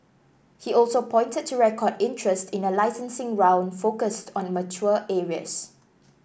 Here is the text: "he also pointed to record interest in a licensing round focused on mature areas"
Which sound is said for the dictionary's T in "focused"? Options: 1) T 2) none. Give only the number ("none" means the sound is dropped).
1